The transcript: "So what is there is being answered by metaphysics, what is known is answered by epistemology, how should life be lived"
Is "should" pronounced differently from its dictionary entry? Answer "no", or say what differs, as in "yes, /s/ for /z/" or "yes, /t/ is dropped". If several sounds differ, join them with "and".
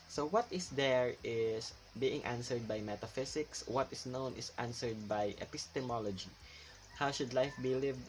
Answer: no